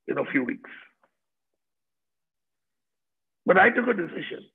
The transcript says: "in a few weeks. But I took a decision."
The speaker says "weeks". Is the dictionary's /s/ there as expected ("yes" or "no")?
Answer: yes